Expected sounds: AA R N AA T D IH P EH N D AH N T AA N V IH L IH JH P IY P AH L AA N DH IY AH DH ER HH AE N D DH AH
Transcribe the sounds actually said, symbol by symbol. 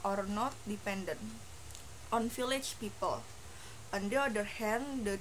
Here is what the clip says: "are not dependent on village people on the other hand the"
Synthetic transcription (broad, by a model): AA R N AA T D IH P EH N D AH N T AA N F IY L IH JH P IY P AH L AA N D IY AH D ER HH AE N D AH